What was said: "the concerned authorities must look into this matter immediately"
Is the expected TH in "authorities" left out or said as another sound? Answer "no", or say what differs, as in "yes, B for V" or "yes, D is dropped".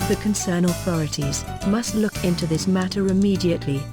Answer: no